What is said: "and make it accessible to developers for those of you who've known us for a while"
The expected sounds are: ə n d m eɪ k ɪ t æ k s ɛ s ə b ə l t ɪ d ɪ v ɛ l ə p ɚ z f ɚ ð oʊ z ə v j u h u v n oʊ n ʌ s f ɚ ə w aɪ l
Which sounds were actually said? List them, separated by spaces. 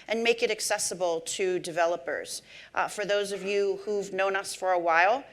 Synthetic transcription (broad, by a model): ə n m eɪ k ɪ t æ k s ɛ s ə b l t ɪ d ɪ v ɛ l ə p ɚ z f ɚ ð oʊ z ə v j u h u v n oʊ n ʌ s f ɚ ə w aɪ l